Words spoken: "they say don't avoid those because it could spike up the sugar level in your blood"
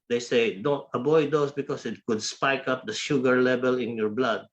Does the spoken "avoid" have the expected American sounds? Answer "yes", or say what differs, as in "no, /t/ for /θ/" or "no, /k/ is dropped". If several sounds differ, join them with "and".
no, /b/ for /v/